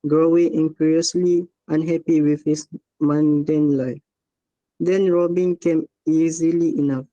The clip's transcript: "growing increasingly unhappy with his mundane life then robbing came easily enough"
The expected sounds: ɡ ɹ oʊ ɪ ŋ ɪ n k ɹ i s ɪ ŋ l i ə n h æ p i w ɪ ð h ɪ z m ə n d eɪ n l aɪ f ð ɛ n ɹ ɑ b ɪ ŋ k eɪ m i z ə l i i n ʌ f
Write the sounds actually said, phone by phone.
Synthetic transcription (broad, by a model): ɡ ɹ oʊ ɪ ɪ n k ɹ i ɪ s l i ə n h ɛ p i w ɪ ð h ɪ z m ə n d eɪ n l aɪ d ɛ n ɹ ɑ b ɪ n k eɪ m i z ə l i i n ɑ f